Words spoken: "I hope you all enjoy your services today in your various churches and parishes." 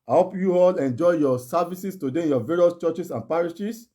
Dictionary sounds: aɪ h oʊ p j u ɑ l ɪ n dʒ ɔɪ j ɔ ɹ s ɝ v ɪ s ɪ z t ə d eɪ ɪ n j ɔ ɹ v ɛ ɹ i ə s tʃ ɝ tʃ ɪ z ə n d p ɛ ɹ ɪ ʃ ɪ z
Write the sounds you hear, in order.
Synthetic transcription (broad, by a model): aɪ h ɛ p j u ɑ l ɪ n dʒ ɔɪ j ɔ s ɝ v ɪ s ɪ s t ə d eɪ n j ɔ v ɛ ɹ i ə s tʃ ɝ tʃ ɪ s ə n p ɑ ɹ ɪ ʃ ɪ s